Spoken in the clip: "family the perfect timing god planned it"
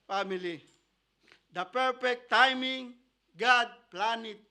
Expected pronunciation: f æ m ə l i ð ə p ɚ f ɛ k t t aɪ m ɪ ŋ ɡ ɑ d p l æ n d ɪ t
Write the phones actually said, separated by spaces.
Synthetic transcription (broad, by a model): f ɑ m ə l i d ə p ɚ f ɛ k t t aɪ m ɪ ŋ ɡ ɑ d p l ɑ n ɪ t